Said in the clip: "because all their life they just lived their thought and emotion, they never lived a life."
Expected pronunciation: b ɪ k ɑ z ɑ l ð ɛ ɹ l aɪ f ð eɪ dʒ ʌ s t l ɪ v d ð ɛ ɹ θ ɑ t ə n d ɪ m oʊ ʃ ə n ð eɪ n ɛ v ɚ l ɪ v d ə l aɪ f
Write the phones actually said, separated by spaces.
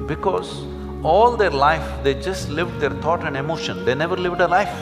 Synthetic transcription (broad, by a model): b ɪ k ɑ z ɑ l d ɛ ɹ l aɪ f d eɪ dʒ ʌ s t l ɪ v d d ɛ ɹ t ɑ t ə n d ɪ m oʊ ʃ ə n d eɪ n ɛ v ɚ l ɪ v d ə l aɪ f